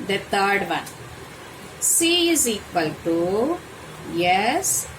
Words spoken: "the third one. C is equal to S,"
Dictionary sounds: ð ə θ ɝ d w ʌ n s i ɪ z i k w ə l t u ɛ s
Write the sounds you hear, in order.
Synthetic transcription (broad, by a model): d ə t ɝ d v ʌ n s i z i k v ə l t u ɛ s